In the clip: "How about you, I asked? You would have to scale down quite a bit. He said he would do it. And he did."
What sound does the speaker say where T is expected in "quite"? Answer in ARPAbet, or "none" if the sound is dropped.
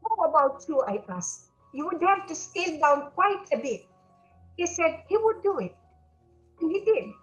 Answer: T